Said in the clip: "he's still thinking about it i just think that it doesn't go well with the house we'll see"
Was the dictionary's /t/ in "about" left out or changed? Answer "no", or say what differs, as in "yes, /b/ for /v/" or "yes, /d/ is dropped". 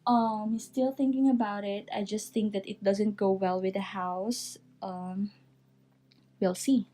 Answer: no